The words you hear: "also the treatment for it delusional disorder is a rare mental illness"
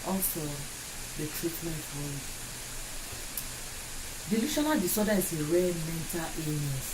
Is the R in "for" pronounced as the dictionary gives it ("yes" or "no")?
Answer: no